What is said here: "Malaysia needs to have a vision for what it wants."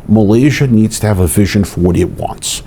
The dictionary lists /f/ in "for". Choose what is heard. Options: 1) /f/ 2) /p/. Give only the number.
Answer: 1